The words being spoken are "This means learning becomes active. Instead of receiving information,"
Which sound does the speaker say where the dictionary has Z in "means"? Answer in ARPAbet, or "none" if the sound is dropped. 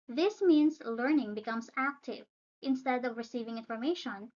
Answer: S